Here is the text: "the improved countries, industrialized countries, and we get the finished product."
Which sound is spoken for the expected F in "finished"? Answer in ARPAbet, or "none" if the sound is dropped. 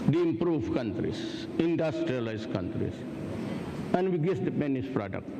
P